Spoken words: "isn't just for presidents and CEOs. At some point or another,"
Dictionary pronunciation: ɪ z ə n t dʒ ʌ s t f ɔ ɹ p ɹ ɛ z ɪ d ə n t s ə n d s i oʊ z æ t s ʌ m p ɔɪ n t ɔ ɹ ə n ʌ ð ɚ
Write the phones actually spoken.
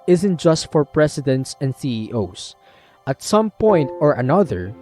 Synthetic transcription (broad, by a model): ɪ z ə n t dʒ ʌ s t f ɔ ɹ p ɹ ɛ s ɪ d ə n t s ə n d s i oʊ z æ t s ʌ m p ɔɪ n t ɔ ɹ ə n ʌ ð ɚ